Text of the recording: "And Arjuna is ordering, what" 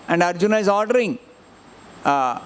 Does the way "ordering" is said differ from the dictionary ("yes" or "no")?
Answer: no